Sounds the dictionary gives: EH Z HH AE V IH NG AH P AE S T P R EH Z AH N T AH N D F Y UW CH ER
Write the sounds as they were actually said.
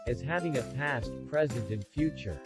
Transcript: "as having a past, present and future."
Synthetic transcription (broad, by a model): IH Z HH AE V IH NG AH P AE S T P R EH Z AH N T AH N F Y UW CH ER